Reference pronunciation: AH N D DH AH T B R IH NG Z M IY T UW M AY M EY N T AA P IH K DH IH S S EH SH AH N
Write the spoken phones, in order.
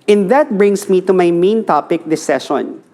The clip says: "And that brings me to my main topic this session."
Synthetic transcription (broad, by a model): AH N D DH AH T B R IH NG S M IY T UW M AY M EY N T AA P IH K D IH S S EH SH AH N